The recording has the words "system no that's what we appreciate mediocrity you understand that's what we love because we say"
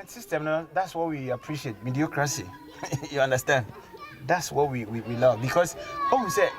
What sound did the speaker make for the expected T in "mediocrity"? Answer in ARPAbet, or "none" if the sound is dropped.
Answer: S